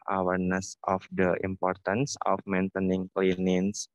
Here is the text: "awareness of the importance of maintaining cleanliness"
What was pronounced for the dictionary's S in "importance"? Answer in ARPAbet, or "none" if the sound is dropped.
S